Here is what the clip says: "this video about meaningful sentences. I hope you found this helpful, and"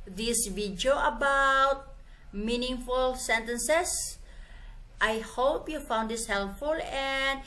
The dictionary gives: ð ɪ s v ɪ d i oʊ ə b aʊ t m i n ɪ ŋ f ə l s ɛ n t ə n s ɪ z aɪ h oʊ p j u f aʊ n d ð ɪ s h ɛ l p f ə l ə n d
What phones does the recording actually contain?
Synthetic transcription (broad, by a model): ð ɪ s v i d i oʊ ə b aʊ t m i n ɪ ŋ f ə l s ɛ n t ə n s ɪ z aɪ h oʊ p j u f aʊ n d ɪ s h ɛ l p f ə l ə n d